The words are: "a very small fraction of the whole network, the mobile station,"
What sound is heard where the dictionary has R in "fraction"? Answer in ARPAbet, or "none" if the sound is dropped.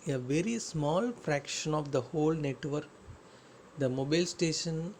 R